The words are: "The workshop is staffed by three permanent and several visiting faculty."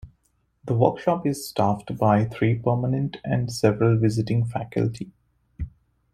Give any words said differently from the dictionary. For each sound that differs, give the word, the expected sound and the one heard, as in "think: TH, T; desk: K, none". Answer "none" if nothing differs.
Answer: three: TH, T